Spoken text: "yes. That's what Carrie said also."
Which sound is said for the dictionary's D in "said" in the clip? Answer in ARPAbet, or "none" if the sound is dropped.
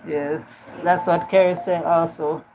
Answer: none